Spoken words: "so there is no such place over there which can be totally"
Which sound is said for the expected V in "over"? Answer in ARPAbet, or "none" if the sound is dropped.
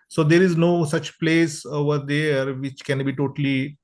V